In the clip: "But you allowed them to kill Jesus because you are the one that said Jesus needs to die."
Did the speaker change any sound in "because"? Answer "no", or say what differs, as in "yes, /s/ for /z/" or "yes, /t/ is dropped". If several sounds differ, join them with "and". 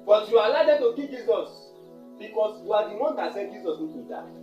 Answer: yes, /s/ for /z/